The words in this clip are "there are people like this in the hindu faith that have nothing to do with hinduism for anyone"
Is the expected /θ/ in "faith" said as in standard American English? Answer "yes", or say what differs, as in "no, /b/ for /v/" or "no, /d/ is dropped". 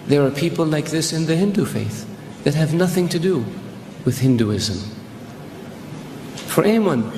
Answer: yes